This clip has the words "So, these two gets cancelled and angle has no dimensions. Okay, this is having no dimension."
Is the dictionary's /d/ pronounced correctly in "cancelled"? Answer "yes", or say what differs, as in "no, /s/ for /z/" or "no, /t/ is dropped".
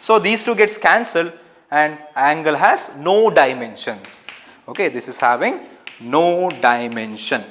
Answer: yes